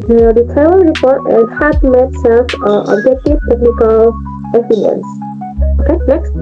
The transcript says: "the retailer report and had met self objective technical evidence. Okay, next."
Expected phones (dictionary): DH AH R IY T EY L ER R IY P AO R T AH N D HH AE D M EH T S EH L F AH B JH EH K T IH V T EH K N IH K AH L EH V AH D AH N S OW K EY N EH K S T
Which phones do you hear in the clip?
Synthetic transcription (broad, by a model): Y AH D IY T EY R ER R IY P AO R T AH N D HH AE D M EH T S EH L F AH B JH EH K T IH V T EH K N IH K AH L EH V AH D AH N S OW K EY N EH K S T